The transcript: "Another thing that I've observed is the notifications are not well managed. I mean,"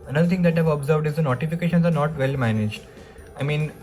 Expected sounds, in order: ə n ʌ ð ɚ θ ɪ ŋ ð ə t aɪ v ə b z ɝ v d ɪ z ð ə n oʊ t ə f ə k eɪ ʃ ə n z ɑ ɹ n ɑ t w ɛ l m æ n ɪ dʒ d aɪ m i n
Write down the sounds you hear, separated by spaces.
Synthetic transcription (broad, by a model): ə n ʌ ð ɚ t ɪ ŋ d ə t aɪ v ə b z ɝ v d ɪ z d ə n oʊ t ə f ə k eɪ ʃ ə n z ɑ ɹ n ɑ t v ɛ l m æ n ɪ dʒ d aɪ m i n